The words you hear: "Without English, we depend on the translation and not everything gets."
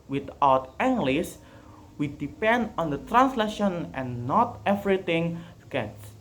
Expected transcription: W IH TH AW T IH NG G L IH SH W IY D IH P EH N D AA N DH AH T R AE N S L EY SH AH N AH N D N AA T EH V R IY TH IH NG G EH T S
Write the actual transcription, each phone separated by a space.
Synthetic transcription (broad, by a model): W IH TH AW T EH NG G L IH S W IY D IH P EH N D AA N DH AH T R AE N S L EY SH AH N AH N N AA T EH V R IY T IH NG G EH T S